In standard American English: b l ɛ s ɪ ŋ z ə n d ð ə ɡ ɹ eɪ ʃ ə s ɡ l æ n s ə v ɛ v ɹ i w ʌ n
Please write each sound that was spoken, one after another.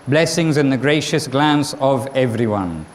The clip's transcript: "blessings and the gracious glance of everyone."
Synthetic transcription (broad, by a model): b l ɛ s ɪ ŋ z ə n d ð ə ɡ ɹ eɪ ʃ ə s ɡ l æ n s ə v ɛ v ɹ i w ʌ n